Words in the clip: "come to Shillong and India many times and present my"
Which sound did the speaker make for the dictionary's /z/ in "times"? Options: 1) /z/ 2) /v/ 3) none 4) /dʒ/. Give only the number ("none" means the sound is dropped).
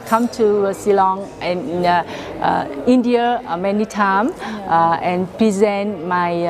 3